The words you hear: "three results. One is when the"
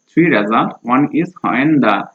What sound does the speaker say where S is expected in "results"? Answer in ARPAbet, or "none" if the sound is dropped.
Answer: none